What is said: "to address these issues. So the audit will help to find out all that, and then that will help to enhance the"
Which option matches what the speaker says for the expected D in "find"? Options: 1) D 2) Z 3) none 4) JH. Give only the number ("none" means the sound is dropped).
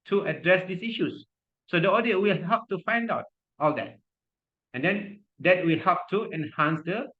1